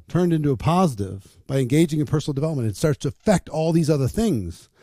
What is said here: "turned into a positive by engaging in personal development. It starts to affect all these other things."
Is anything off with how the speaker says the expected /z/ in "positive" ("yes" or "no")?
no